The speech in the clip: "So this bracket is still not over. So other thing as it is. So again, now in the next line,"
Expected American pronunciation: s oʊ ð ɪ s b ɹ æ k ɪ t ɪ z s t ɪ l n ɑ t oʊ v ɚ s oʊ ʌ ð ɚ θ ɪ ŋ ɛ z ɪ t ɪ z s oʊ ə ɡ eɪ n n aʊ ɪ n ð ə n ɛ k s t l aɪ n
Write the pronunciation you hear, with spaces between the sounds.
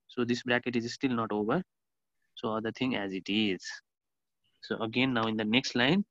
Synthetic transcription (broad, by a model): s oʊ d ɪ s b ɹ æ k ɪ t ɪ z s t ɪ l n ɑ t oʊ v ɚ s oʊ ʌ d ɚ t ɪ ŋ ɛ z ɪ t ɪ z s oʊ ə ɡ eɪ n n aʊ ɪ n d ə n ɛ k s t l aɪ n